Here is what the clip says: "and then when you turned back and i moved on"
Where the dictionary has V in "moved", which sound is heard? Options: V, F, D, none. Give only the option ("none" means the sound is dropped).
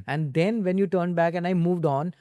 V